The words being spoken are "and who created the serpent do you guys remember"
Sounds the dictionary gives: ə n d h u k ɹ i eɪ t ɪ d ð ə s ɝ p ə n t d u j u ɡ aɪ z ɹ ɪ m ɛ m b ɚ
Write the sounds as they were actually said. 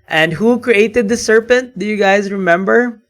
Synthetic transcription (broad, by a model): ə n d h u k ɹ i eɪ t ɪ d ð ə s ɝ p ə n t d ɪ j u ɡ aɪ z ɹ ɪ m ɛ m b ɚ